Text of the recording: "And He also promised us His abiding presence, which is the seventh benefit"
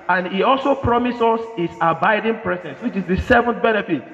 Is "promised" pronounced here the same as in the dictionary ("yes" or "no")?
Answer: no